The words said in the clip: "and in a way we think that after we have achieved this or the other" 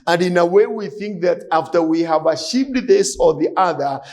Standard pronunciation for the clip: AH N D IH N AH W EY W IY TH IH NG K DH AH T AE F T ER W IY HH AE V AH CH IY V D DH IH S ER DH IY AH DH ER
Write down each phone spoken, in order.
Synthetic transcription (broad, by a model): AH N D IH N AH W EY W IY TH IH NG K DH AH T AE F T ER W IY HH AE V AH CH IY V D DH IH S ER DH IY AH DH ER